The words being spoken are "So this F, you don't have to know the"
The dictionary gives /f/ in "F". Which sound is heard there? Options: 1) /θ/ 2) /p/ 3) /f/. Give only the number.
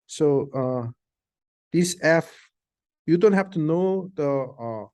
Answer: 3